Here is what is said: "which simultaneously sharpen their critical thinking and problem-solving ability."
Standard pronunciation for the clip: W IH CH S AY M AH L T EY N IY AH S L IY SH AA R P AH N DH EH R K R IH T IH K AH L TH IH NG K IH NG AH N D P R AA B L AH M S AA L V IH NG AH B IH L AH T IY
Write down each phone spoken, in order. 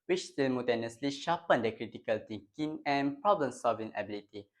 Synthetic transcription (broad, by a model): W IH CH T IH M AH T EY N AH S L IY SH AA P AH N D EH K R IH T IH K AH L T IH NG K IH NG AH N P R AA B L AH M S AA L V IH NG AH B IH L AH T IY